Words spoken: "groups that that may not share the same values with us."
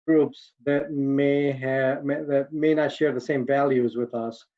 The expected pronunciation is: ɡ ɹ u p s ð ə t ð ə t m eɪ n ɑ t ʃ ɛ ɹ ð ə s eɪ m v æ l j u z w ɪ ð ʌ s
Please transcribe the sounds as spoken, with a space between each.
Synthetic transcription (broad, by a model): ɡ ɹ u p s ð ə t ð ə t m eɪ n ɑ t ʃ ɛ ɹ ð ə s eɪ m v æ l j u z w ɪ ð ʌ s